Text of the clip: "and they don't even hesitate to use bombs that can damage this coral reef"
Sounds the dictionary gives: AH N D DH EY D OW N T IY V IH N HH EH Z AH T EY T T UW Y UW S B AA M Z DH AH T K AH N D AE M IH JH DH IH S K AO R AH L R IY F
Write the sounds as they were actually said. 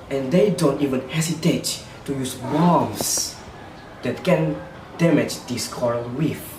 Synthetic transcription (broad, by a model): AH N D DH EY D OW N T IY V IH N HH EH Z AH T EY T T UW Y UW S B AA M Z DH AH T K AH N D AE M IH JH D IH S K AO R AH L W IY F